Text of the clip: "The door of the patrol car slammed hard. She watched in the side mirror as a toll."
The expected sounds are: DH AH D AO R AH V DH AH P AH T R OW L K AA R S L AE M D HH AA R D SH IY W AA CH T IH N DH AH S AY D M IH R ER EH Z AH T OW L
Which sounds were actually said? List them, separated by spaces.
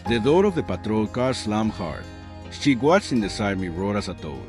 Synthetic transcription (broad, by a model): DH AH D AO R AH V DH AH P AH T R OW L K AA R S L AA M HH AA R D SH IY W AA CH IH N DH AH S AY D M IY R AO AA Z AH T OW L